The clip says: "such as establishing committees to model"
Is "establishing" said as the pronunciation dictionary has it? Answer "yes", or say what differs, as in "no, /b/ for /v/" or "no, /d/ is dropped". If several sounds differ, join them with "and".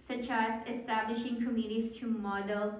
yes